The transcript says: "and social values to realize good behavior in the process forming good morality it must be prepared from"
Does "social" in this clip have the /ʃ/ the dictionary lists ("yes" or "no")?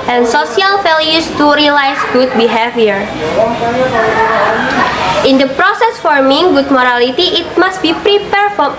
no